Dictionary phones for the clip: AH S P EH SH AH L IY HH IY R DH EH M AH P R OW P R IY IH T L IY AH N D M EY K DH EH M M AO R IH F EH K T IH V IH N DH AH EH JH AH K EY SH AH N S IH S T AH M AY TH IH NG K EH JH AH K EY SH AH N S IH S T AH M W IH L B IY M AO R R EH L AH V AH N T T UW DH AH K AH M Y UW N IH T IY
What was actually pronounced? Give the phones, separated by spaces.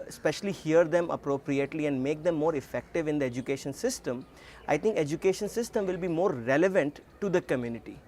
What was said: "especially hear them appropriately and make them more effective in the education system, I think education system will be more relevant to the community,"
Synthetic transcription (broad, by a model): S P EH SH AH L IY HH IY R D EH M AH P R OW P R IY IH T L IY AH N D M EY K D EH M M AO R IH F EH K T IH V IH N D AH EH JH AH K EY SH AH N S IH S T AH M AY T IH NG K EH JH AH K EY SH AH N S IH S T AH M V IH L B IY M AO R R EH L AH V AH N T T UW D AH K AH M Y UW N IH T IY